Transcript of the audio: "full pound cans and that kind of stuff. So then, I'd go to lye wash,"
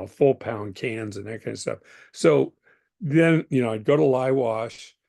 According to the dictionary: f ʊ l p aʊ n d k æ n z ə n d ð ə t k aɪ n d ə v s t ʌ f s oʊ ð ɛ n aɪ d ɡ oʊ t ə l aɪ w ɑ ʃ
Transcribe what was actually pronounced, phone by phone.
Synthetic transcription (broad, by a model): f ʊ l p aʊ n k æ n z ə n ð ə t k aɪ n d s t ʌ f s oʊ ð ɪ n aɪ d ɡ oʊ t ə l aɪ w ɑ ʃ